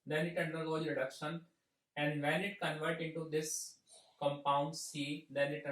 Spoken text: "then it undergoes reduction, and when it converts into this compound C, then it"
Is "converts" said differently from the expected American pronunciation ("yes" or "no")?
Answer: yes